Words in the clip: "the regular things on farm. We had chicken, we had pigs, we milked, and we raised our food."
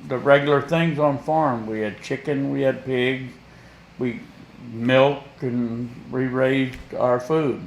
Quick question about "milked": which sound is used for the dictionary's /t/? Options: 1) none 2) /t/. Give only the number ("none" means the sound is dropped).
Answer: 1